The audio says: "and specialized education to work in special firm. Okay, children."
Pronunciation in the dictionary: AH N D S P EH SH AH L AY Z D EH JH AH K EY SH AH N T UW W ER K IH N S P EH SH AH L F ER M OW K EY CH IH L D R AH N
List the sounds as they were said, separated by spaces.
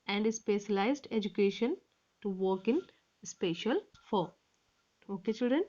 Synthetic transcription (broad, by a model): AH N D S P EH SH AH L AY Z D EH JH AH K EY SH AH N T UW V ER K IH N S P EH SH AH L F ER OW K EY CH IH L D R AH N